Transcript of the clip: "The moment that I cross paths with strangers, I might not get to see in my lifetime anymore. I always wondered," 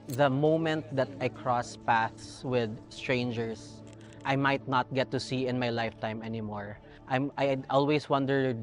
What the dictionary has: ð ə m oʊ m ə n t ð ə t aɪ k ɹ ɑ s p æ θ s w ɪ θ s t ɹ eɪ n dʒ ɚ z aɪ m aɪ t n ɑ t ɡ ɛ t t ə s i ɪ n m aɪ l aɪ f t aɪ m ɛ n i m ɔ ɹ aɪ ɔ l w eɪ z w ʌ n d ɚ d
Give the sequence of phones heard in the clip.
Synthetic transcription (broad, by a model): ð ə m oʊ m ə n t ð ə t aɪ k ɹ ɑ s p æ θ s w ɪ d s t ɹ eɪ n dʒ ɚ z aɪ m aɪ t n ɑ t ɡ ɛ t t ə s i ɪ n m aɪ l aɪ f t aɪ m ɛ n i m ɔ ɹ aɪ ɔ l w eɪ s w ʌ n d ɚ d